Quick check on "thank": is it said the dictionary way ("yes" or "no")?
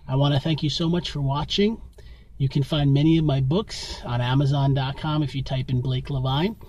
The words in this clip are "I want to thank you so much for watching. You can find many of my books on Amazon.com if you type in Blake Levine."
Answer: yes